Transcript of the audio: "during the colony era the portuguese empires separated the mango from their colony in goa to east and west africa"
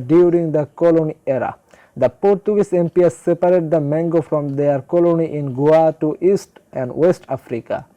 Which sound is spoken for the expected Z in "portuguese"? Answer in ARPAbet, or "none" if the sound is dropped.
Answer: S